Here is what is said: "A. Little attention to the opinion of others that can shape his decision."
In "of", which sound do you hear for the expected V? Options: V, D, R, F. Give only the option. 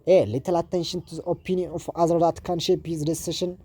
F